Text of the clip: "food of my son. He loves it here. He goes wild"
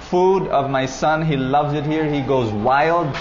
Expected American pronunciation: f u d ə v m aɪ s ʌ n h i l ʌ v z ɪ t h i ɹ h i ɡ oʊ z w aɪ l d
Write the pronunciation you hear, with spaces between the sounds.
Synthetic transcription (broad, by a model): f u d ə v m aɪ s ʌ n h i l ʌ v z ɪ t h i ɹ h i ɡ oʊ z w aɪ l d